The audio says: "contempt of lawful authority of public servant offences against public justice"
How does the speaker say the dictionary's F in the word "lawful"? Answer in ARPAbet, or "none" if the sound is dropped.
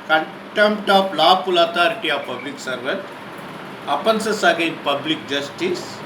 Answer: P